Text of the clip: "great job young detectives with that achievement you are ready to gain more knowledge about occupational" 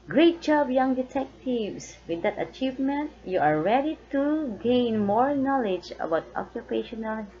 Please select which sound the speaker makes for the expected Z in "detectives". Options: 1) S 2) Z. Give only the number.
1